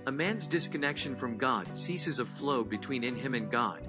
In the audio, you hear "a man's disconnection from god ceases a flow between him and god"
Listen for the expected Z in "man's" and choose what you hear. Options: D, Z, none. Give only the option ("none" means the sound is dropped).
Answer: Z